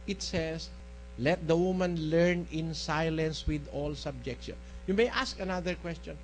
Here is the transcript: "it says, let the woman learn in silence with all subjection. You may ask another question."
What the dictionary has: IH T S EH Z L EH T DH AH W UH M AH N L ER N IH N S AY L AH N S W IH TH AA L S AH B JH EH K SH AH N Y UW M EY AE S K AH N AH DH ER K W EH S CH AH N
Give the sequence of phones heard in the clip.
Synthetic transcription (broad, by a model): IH T S EH S L EH T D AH W UH M AH N L ER N IH N S AY L AH N S W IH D AA L S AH B JH EH K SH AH N Y UW M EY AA S K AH N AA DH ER K W EH S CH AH N